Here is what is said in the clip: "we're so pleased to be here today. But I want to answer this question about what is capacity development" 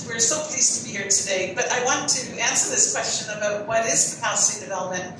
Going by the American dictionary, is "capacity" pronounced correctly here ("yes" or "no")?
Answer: no